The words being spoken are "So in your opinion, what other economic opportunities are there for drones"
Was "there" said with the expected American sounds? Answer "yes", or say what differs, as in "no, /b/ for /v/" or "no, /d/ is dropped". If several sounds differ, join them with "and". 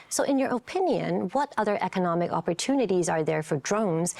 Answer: yes